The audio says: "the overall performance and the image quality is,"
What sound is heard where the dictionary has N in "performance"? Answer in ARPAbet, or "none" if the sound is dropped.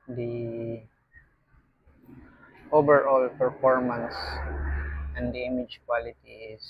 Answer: N